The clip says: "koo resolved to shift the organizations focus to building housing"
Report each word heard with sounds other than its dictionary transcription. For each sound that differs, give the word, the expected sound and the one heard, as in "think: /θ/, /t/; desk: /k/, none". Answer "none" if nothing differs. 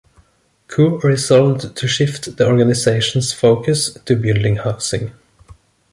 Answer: housing: /z/, /s/